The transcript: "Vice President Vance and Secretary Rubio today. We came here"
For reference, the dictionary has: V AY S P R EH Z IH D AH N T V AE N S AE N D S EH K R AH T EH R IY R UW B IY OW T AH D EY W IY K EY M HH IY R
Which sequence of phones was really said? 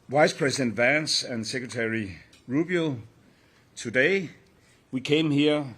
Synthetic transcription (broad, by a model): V AY S P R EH S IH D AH N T V AE N S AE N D S EH K R AH T EH R IY R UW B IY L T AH D EY W IY K EY M HH IY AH